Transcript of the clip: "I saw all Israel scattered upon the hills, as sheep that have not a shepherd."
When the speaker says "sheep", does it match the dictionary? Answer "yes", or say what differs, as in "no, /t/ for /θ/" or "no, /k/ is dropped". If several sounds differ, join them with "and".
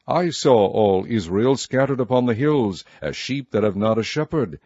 yes